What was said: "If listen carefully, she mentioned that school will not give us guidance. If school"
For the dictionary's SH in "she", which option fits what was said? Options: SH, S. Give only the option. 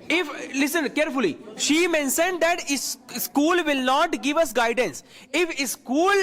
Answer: SH